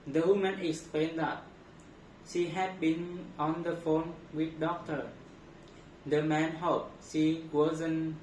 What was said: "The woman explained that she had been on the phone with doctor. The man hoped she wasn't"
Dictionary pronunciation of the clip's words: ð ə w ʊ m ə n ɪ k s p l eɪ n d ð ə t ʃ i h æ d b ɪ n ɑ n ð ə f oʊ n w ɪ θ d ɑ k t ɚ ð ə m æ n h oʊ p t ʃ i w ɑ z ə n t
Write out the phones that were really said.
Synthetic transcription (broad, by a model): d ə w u m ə n ɪ k s p l eɪ n d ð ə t ʃ i h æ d b ɪ n ɑ n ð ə f oʊ n w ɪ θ d ɑ k t ɚ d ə m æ n h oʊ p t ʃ i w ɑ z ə n